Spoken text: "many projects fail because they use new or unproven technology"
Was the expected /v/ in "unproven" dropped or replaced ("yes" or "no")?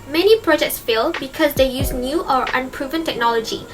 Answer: no